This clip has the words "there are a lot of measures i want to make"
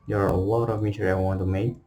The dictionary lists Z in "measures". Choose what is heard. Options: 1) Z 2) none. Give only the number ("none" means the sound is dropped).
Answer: 2